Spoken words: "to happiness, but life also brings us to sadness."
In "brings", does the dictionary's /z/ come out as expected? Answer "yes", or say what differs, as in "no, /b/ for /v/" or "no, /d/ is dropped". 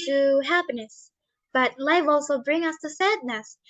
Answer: no, /z/ is dropped